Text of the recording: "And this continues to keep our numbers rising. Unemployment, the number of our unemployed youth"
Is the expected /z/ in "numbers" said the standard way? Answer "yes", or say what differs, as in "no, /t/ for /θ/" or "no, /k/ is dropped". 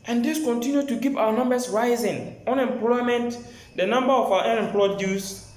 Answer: no, /s/ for /z/